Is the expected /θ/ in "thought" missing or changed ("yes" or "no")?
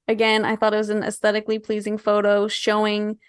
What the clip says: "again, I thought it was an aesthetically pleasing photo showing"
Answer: no